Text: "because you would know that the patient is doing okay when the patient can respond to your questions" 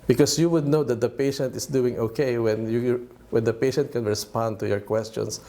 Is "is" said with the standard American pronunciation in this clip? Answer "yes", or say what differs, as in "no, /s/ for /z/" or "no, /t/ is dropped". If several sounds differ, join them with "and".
no, /s/ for /z/